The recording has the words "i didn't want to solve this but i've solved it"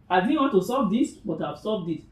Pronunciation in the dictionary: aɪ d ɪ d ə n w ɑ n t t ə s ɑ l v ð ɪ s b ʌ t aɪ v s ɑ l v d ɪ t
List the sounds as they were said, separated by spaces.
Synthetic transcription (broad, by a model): aɪ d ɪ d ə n w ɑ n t t ə s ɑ v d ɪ s b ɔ t aɪ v s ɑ v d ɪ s